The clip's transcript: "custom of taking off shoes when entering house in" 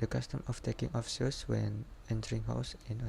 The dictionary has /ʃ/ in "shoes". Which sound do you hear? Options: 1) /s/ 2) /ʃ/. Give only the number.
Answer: 1